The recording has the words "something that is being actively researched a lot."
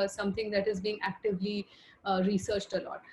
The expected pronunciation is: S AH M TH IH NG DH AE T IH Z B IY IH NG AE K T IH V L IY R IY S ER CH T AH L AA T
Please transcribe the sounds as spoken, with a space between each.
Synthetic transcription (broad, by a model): S AH M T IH NG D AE T IH Z B IY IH NG AE K T IH V L IY R IY S ER CH T AH L AA T